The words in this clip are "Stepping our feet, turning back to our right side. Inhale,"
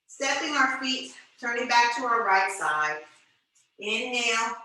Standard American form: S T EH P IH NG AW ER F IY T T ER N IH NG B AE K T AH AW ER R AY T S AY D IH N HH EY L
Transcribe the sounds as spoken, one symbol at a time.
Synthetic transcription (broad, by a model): S T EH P IH NG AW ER F IY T T ER N IH NG B AE K T AH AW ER R AY T S AY D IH N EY L